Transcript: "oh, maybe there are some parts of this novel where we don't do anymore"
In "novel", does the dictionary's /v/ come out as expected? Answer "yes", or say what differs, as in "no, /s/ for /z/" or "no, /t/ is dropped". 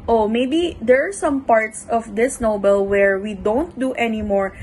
no, /b/ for /v/